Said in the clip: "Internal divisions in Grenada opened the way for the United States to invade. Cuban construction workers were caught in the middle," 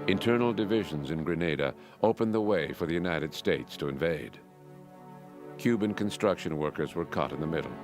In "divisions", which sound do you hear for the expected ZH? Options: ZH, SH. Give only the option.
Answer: ZH